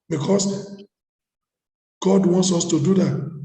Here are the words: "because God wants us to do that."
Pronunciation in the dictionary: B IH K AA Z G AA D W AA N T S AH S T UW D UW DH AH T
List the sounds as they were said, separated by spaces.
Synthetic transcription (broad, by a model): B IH K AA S G AA D W AA N T S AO S T UW D UW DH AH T